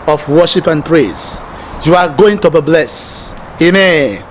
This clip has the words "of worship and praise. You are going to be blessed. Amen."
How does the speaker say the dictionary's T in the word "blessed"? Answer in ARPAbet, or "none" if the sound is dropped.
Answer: none